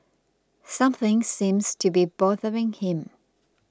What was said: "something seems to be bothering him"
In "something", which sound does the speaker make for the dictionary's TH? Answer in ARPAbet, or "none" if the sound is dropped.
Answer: TH